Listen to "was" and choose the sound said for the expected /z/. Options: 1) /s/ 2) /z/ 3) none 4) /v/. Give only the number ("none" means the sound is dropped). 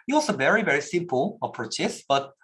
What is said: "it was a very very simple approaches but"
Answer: 1